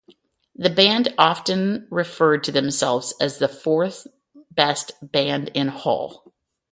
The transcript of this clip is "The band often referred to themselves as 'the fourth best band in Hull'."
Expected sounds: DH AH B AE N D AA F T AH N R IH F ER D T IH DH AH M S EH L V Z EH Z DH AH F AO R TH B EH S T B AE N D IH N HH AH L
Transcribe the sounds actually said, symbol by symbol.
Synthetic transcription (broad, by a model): DH AH B AE N D AA F T AH N R IH F ER D T IH DH AH M S EH L V Z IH Z DH AH F AO R TH B EH S T B AE N D IH N HH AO L